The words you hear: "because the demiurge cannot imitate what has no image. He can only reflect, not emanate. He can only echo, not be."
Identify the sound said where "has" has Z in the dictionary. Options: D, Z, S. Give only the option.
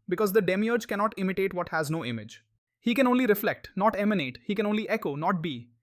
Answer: Z